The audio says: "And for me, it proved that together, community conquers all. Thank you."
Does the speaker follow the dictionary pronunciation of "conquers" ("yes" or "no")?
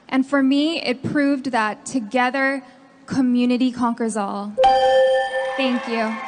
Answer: yes